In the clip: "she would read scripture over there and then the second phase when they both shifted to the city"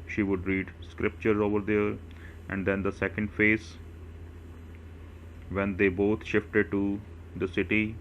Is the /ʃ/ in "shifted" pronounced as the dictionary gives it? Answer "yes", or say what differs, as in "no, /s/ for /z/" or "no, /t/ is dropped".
yes